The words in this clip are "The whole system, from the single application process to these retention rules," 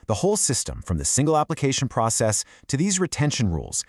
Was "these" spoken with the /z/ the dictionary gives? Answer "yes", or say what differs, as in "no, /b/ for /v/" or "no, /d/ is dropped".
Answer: yes